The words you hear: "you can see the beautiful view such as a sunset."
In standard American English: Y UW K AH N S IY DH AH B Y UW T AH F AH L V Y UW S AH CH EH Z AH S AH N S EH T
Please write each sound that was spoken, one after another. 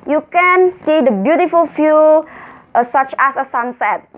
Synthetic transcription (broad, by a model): Y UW K AH N S IY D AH B Y UW T AH F AH L F Y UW S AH CH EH S AH S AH N S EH T